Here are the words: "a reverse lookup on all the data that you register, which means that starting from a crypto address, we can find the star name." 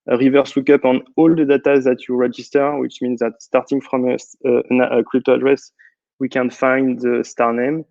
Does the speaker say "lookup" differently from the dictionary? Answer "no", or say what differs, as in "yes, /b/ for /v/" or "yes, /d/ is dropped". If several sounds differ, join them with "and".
yes, /w/ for /l/